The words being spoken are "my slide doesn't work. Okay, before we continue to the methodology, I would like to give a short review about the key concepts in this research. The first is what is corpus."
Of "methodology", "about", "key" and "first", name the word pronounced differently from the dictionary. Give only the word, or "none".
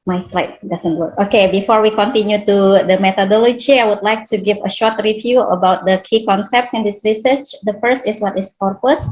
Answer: methodology